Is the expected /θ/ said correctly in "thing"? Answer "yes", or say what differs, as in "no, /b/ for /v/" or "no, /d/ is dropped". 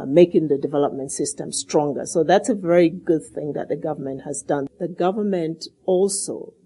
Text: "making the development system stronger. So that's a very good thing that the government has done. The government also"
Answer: yes